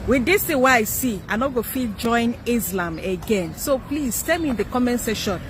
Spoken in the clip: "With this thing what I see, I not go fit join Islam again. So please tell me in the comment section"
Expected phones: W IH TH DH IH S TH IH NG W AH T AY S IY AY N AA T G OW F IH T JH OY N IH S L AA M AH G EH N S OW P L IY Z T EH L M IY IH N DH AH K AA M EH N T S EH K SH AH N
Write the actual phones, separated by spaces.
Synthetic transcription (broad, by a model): W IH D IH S T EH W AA AY S IY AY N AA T G OW F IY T JH OY N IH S L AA M AH G EH N S OW P L IY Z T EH M IY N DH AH K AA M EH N S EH SH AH N